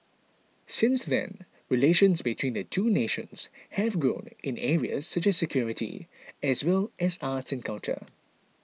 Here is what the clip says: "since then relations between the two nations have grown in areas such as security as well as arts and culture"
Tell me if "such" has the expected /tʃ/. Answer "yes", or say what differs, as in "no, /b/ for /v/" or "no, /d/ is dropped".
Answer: yes